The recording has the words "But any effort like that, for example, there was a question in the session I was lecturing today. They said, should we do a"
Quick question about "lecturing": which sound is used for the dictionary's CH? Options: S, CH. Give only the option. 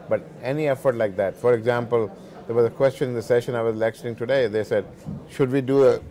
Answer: S